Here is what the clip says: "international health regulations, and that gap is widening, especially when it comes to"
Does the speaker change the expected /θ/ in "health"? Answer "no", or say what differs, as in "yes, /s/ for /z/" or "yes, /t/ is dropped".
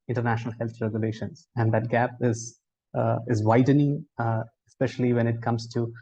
yes, /t/ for /θ/